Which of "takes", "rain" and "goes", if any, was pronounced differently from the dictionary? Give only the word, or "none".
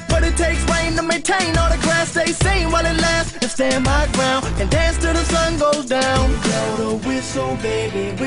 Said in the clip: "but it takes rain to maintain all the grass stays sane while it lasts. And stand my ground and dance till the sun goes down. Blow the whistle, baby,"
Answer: none